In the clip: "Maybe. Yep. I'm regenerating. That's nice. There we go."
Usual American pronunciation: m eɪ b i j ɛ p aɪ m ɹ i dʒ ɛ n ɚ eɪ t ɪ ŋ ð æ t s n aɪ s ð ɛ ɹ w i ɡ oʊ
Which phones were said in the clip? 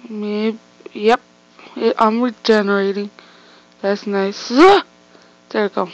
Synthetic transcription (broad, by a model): m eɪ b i j ɛ p aɪ m ɹ i dʒ ɛ n ɚ eɪ t ɪ ŋ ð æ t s n aɪ s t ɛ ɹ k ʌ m